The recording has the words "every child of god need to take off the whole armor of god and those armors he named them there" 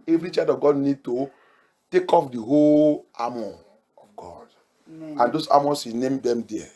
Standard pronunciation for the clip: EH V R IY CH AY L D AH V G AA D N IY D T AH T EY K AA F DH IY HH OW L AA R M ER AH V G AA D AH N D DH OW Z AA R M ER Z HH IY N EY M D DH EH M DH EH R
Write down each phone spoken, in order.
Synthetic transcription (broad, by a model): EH V R IY CH AY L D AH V G AA D N IY D T AH T EY K AA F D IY HH OW L AA M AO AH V G AA D AH N D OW S AA M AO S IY N EY M D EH M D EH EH